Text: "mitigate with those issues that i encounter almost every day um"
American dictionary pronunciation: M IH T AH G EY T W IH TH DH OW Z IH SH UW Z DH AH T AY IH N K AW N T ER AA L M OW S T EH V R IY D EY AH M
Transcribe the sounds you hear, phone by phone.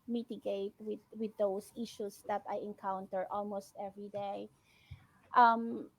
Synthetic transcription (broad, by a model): M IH T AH G EY T W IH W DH OW S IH SH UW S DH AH T AY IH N K AW N T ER AA L M OW S T EH V R IY D EY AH M